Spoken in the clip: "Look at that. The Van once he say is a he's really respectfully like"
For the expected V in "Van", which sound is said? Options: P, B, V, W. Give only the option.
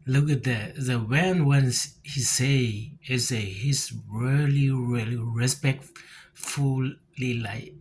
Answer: W